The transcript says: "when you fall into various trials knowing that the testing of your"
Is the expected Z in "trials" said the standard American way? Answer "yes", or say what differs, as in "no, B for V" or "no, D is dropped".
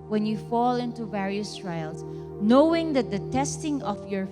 no, S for Z